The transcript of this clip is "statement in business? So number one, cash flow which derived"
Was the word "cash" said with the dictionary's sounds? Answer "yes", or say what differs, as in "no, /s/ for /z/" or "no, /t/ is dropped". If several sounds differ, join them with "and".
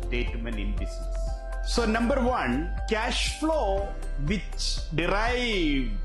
yes